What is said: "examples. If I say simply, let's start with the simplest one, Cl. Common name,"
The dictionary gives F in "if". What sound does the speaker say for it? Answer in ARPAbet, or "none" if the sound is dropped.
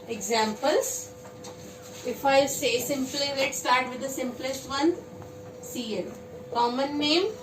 F